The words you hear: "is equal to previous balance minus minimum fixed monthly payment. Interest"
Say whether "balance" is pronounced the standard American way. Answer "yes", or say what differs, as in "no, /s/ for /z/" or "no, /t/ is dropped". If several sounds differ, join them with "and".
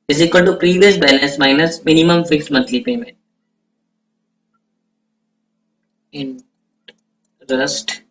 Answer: no, /n/ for /l/ and /n/ is dropped